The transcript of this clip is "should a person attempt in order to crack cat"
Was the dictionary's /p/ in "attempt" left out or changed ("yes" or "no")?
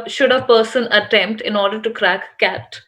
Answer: no